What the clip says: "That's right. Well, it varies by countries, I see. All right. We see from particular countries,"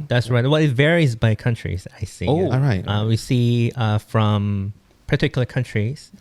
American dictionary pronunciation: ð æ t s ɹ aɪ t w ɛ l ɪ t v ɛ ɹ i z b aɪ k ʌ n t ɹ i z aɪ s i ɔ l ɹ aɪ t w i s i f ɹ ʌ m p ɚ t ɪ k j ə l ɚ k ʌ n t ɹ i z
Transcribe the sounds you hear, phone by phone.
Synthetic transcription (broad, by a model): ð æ t s ɹ aɪ t w ɛ l ɪ t v ɛ ɹ i z b aɪ k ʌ n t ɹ i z aɪ s i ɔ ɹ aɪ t w i s i f ɹ ʌ m p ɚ t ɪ k j l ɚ k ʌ n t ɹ i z